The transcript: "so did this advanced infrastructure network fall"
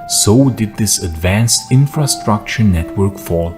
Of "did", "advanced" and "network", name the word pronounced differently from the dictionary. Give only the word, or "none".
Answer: none